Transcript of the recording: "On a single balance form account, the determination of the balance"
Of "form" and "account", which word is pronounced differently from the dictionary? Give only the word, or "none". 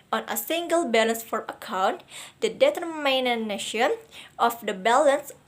form